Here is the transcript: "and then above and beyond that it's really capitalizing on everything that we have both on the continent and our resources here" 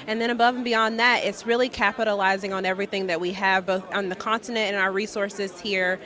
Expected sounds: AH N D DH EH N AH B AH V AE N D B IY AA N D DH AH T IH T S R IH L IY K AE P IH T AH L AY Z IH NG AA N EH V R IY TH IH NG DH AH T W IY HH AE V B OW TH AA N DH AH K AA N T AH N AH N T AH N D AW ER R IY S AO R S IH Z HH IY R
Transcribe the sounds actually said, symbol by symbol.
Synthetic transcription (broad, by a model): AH N DH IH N AH B AH V N B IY AA N DH AH T IH T S R IH L IY K AE P IH T AH L AY Z IH NG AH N EH V R IY TH IH NG DH AH T W IY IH V B OW TH N DH AH K AA N T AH N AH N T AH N AW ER R IY S AO R S IH Z HH IY R